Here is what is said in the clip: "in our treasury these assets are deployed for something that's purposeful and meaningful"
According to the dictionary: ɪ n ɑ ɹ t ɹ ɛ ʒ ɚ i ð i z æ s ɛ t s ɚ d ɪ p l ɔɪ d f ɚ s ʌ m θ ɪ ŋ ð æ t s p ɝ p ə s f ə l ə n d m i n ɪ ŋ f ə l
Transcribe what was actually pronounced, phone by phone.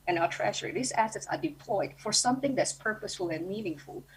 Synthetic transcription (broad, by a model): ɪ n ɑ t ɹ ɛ ʃ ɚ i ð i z æ s ɛ t s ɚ d ɪ p l ɔɪ d f ɚ s ʌ m θ ɪ ŋ ð æ t s p ɝ p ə s f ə l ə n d m i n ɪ ŋ f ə l